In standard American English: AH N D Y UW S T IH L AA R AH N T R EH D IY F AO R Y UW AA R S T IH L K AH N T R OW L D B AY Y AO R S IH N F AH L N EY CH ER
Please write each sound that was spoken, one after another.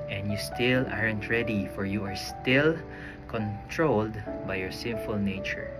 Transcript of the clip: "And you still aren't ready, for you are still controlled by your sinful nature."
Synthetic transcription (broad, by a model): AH N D Y UW S T IH L AA R AH N T R EH D IY F AO R Y UW AA R S T IH L K AH N T R OW L D B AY Y AO R S IH N F AH L N EY CH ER